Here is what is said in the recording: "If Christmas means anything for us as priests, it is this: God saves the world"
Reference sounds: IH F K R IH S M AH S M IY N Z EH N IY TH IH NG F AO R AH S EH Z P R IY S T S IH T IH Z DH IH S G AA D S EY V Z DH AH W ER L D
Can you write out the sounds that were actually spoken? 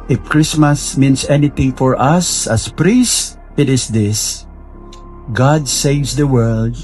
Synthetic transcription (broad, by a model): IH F K R IH S M AH S M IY N S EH N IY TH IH NG F AO R AH S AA S P R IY S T IH T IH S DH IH S G AA D S EY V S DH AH W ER L D